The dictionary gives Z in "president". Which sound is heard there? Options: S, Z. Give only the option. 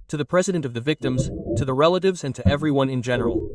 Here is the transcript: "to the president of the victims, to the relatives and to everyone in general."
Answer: Z